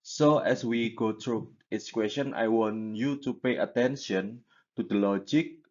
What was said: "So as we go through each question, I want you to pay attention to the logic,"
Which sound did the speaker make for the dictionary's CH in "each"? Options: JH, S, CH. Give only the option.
S